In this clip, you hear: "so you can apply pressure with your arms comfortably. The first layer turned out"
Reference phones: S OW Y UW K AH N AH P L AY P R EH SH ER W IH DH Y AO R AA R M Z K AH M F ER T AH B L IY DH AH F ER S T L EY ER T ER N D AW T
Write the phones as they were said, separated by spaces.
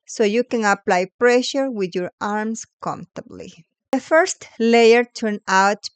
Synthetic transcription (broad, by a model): S OW Y UW K AH N AH P L AY P R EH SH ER W IH DH Y AO R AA R M S K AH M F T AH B L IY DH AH F ER S T L EY ER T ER N AW T